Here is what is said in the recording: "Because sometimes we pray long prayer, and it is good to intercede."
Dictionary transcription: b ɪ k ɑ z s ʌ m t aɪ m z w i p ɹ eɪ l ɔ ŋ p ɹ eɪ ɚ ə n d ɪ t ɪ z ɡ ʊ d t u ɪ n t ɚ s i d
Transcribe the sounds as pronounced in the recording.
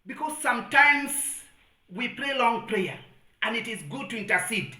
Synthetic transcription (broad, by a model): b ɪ k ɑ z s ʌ m t aɪ m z w i p ɹ eɪ l ɔ ŋ p ɹ eɪ ɚ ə n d ɪ t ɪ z ɡ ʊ d t u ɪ n t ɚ s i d